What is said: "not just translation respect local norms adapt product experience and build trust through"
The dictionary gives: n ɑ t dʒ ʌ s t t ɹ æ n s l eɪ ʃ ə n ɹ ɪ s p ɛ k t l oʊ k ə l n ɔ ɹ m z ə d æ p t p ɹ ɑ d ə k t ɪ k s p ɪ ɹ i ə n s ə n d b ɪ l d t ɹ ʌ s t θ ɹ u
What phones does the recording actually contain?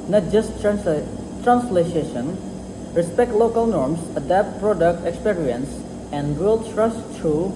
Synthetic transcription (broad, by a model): n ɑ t dʒ ʌ s t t ɹ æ n s l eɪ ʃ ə n ɹ ɪ s p ɛ k t l oʊ k ə l n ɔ ɹ m s ə d æ p t p ɹ ɑ d ə k t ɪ k s p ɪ ɹ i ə n s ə n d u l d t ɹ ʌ s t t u